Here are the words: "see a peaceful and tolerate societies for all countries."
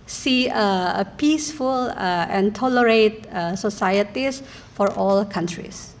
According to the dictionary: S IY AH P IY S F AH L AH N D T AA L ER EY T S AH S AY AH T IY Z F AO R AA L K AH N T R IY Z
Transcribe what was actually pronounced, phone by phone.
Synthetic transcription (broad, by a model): S IY AH P IY S F AH L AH N T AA L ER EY T S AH S AY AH T IY S F AO R AA L K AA N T R IY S